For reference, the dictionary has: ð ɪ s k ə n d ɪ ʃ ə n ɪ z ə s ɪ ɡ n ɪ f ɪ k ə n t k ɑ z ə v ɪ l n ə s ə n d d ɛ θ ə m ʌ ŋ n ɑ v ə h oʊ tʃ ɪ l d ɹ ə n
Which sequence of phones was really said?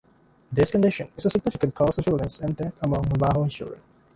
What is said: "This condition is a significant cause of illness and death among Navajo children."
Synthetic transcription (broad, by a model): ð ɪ s k ə n d ɪ ʃ ə n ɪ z ə s ɪ ɡ n ɪ f ɪ k ə n t k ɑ s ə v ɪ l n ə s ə n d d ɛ t ə m ʌ ŋ l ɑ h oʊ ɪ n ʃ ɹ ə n